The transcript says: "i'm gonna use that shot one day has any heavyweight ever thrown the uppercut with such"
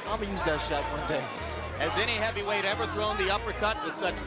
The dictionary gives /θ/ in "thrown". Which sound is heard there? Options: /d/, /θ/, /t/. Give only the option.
/θ/